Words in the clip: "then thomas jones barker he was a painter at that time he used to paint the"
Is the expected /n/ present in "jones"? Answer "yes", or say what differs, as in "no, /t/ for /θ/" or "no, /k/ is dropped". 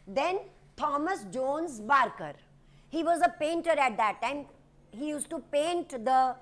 yes